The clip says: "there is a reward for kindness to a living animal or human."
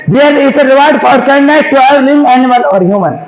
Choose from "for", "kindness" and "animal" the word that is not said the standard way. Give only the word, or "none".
kindness